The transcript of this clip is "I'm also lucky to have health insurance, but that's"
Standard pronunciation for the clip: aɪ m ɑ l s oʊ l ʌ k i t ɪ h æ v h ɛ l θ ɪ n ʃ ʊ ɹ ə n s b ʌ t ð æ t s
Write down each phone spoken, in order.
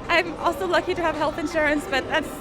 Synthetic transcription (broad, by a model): aɪ m ɑ l s oʊ l ʌ k i t ɪ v h ɛ l θ ɪ n ʃ ʊ ɹ ə n s b ʌ t ð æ t s